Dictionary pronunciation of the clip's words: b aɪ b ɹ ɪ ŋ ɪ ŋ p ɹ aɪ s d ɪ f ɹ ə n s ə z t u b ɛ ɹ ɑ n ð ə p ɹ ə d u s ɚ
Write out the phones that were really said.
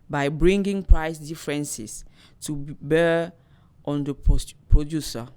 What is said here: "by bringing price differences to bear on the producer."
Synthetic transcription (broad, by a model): b aɪ b ɹ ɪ ŋ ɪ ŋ p ɹ aɪ s d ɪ f ɹ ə n s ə s t u b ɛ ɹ ɑ n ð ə p ɹ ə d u s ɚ